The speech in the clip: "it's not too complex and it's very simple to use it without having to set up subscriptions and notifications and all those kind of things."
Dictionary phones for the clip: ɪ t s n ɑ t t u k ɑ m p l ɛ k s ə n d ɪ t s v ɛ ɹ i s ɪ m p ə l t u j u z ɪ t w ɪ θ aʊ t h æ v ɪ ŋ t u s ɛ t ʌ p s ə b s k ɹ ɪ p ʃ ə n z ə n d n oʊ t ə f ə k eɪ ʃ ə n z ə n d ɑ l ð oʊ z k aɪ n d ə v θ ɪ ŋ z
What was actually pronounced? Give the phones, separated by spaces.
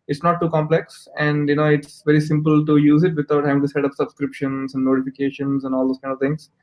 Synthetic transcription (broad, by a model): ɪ t s n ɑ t t u k ɑ m p l ɛ k s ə n d ɪ t s v ɛ ɹ i s ɪ m p ə l t u j u z ɪ t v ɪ t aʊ t h æ v ɪ ŋ t u s ɛ t ʌ p s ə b s k ɹ ɪ p ʃ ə n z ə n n oʊ t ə f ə k eɪ ʃ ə n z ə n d ɑ l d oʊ s k aɪ n d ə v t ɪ ŋ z